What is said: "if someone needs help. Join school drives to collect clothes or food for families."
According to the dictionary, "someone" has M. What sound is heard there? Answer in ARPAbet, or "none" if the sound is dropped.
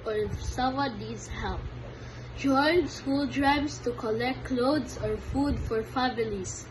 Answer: none